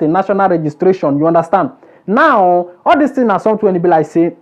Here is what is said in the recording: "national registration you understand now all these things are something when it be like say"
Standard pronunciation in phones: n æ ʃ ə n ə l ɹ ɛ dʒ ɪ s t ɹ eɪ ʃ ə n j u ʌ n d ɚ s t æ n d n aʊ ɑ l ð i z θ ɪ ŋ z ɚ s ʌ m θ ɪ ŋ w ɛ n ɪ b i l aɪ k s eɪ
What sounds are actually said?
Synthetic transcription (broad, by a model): n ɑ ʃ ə n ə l ɹ ɛ dʒ ɪ s t ɹ eɪ ʃ ə n j u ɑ n d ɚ s t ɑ n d n aʊ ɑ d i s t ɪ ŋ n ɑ s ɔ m t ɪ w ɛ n ɪ b i l aɪ s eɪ